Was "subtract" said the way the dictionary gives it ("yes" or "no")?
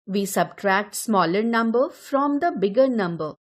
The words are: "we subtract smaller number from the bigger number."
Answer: yes